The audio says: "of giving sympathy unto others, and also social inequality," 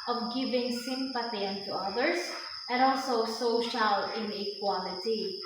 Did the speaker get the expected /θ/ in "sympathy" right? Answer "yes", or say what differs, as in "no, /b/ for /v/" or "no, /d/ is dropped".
no, /t/ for /θ/